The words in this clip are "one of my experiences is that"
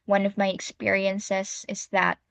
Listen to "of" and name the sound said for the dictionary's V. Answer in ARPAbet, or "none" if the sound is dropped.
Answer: V